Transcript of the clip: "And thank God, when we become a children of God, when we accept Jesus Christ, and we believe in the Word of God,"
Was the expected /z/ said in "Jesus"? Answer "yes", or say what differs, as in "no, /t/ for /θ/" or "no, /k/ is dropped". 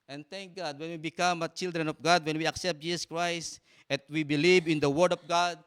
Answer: no, /s/ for /z/